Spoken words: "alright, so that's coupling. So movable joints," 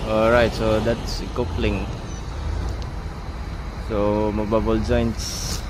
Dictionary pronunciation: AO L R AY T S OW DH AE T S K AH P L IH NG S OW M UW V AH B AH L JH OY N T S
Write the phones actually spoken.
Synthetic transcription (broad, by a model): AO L R AY T S OW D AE T S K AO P L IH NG S OW M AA B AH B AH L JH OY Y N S